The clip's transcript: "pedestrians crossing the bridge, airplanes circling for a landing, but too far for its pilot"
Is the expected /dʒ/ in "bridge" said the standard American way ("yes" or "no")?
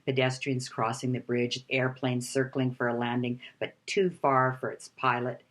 yes